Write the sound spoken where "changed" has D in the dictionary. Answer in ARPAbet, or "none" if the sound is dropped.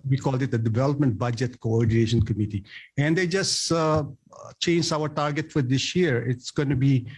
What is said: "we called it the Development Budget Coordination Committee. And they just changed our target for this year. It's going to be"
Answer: none